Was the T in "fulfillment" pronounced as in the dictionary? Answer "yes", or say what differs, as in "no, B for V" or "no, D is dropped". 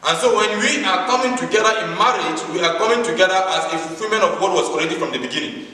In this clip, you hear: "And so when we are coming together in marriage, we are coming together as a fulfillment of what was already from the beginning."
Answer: no, T is dropped